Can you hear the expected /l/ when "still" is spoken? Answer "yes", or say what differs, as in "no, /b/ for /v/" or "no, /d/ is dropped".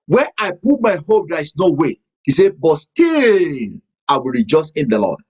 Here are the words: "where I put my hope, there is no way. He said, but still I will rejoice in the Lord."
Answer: no, /n/ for /l/